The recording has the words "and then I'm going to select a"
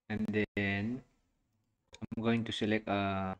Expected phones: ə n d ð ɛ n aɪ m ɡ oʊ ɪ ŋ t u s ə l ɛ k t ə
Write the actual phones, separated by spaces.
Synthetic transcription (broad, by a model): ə n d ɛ n aɪ m ɡ oʊ ɪ ŋ t u s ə l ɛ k ə